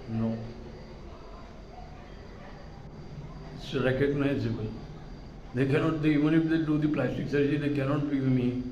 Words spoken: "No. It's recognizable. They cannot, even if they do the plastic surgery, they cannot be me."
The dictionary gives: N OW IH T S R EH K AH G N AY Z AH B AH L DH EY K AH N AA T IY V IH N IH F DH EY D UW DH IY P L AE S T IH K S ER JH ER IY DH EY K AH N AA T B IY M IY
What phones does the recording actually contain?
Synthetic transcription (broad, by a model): N OW IH T S R EH K AH G N AY Z AH B AH L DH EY K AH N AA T IY V IH N IH F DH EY D UW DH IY P L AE S T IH K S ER ER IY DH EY K AH N AA T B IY M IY